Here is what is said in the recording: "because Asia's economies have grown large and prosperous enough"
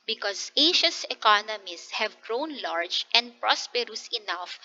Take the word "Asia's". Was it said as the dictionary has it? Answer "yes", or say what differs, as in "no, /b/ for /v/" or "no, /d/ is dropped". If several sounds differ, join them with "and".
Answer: no, /ʃ/ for /ʒ/ and /s/ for /z/